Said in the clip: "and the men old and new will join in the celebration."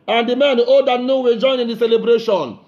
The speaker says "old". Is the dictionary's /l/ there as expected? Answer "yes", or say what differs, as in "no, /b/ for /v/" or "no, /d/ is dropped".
no, /l/ is dropped